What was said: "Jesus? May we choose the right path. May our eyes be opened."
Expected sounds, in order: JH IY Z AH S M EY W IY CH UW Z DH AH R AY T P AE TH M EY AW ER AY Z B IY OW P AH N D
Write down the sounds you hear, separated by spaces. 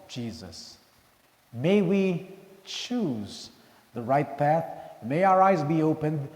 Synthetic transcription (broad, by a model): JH IY Z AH S M EY W IY CH UW Z DH AH R AY T P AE TH M EY AW ER AY Z B IY OW P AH N D